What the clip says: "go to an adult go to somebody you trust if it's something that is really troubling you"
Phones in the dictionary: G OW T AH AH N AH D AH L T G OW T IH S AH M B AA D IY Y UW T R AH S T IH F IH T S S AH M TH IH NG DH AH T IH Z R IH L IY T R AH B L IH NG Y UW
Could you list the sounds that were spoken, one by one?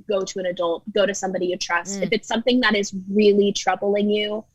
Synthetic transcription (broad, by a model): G OW T AH AH N AH D AH L T G OW T IH S AH M B AA D IY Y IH T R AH S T IH F IH T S S AH M TH IH NG DH AH T IH Z R IH L IY T R AH B L IH NG Y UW